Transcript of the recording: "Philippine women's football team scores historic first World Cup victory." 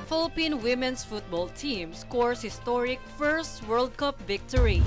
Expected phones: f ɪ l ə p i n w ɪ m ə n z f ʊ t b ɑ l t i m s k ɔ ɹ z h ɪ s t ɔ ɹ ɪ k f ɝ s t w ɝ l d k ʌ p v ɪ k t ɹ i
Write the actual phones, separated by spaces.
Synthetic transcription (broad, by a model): f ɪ l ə p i n w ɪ m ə n s f ʊ t b ɑ l t i m s k ɔ ɹ s h ɪ s t ɔ ɹ ɪ k f ɝ s t w ɝ l d k ʌ p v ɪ k t ɹ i